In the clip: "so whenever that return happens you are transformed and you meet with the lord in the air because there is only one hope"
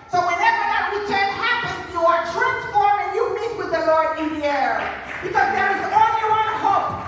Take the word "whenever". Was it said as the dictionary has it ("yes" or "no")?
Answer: yes